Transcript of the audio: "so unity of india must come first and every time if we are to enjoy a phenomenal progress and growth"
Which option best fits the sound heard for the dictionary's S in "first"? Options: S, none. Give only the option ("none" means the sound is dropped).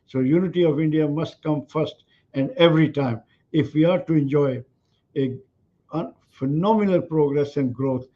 S